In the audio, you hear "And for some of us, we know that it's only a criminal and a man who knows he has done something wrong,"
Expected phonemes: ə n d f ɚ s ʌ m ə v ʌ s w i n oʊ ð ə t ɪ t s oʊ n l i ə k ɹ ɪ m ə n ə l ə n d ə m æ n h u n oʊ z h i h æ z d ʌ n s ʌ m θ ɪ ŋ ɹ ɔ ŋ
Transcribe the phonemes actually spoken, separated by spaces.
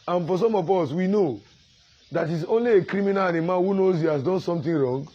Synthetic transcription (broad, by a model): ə n f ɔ s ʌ m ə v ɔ s w i n oʊ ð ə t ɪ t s oʊ n l i ə k ɹ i m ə n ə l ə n ə m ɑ n h u n oʊ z h i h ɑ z d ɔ n s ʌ m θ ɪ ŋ ɹ ɔ ŋ